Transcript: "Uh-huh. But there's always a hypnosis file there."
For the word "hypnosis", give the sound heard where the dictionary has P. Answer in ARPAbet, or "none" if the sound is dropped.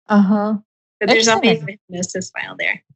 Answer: none